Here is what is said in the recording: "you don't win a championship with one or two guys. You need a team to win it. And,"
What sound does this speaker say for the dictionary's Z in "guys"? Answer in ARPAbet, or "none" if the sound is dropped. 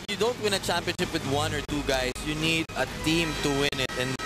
S